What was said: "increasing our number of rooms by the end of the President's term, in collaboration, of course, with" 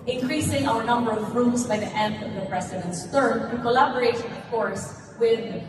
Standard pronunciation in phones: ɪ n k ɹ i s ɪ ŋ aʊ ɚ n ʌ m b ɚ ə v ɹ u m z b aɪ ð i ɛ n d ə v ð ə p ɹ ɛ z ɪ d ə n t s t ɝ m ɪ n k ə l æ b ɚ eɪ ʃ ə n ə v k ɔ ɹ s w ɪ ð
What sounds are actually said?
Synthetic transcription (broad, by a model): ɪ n k ɹ i s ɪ ŋ aʊ ɚ n ʌ m b ɚ ə v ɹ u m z b aɪ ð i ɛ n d ə v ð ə p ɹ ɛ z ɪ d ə n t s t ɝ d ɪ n k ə l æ b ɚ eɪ ə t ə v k ɔ ɹ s w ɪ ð